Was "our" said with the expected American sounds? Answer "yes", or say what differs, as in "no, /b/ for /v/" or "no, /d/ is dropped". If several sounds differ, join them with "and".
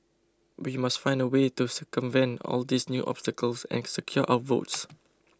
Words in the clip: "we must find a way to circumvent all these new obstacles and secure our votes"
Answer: no, /w/ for /ɹ/